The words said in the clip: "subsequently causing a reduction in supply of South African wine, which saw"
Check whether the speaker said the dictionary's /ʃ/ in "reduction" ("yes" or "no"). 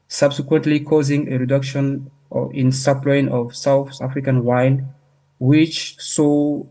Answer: yes